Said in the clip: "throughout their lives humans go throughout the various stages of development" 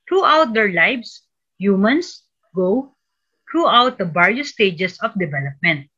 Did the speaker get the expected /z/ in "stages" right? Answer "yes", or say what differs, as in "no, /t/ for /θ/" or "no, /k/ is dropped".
no, /s/ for /z/